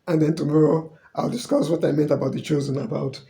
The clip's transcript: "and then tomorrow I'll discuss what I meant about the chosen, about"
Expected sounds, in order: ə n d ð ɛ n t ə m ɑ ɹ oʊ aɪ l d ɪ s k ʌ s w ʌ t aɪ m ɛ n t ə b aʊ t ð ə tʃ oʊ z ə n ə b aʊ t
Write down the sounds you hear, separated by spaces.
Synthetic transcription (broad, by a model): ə n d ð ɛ n t ə m ɑ ɹ oʊ aɪ l d ɪ s k ʌ s w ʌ t aɪ m ɛ n t ə b aʊ t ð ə tʃ oʊ z ə n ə b aʊ t